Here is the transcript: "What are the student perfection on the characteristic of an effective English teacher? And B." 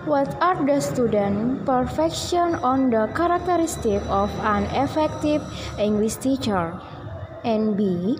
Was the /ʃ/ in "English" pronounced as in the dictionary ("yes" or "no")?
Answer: no